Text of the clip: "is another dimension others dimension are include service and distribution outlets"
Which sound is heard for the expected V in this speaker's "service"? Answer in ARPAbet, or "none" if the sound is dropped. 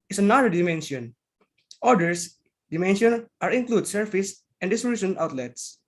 F